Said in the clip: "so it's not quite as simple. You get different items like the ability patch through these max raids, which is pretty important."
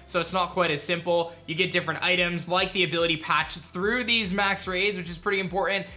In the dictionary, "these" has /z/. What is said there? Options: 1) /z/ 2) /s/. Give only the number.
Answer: 1